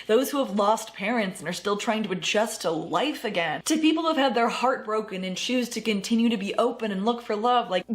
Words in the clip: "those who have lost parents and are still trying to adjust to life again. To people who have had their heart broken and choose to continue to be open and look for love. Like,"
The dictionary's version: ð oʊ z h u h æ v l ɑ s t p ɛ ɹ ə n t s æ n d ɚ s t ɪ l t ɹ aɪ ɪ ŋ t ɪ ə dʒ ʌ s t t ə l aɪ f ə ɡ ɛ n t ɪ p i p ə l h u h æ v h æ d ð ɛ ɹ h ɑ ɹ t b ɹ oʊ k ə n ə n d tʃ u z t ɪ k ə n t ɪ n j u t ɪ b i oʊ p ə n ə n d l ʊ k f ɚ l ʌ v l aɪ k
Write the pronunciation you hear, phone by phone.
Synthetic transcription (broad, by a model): ð oʊ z h u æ v l ɑ s t p ɛ ɹ ə n t s n ɚ s t ɪ l t ɹ aɪ ɪ ŋ t ɪ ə dʒ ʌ s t t ə l aɪ f ə ɡ ɛ n t ɪ p i p l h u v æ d ð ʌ ɹ h ɑ ɹ t b ɹ oʊ k ə n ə n tʃ u z t ɪ k ə n t ɪ n j u t ɪ b i oʊ p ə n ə n l ʊ k f ɚ l ʌ v l aɪ k